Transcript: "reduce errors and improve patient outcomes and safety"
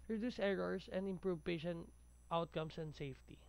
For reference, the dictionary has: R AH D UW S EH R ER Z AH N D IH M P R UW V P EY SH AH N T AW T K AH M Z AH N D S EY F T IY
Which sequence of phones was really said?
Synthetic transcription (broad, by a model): R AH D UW S EH R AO S AH N D IH M P R UW V P EY SH AH N T AW T K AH M S AH N D S EY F T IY